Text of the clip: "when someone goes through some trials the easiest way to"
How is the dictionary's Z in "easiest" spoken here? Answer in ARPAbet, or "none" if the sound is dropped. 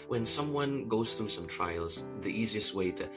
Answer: Z